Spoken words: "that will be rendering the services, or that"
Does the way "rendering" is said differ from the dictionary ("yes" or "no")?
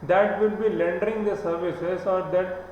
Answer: yes